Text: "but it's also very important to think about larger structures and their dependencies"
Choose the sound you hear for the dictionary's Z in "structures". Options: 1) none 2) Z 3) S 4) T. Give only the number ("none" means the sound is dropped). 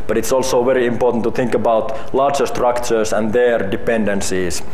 3